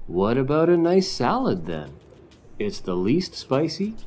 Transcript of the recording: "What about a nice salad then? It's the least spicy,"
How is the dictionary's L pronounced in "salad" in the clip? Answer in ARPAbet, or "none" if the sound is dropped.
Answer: L